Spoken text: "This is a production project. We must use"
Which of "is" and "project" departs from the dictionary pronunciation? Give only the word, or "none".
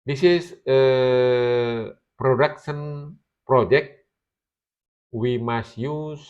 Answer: is